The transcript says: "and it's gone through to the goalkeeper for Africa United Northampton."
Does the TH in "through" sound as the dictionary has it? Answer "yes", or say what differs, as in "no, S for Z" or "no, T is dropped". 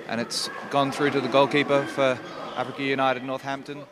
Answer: yes